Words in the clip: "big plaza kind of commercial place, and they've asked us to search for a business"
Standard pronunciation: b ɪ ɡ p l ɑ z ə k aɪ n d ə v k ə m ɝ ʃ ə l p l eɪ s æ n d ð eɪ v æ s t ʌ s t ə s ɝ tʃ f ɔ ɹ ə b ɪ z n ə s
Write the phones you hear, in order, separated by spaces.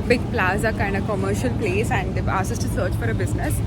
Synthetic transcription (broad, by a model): b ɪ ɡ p l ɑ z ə k aɪ n d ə k ə m ɝ ʃ ə l p l eɪ s æ n d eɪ ɑ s ʌ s t ə s ɝ tʃ f ɔ ɹ ə b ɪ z n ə s